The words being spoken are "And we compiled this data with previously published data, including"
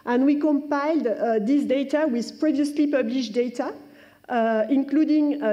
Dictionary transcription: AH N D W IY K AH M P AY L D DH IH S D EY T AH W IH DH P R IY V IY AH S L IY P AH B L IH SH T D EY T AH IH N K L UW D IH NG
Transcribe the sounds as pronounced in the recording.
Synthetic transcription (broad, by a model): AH N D W IY K AH M P AY L D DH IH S D EY T AH W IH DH P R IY V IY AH S L IY P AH B L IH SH D EY T AH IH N K L UW D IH NG